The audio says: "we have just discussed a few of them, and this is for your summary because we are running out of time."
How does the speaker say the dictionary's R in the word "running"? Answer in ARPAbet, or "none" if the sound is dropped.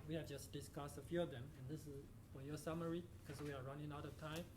R